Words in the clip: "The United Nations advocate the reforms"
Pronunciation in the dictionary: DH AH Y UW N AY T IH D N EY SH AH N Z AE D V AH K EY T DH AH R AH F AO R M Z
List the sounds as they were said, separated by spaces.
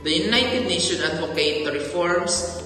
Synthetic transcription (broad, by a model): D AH Y UW N AY T IH D N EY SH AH N AA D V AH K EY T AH R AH F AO R M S